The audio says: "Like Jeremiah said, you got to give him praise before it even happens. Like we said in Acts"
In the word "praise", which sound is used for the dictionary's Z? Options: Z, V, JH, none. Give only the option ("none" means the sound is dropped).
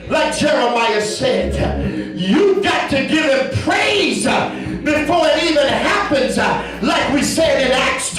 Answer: Z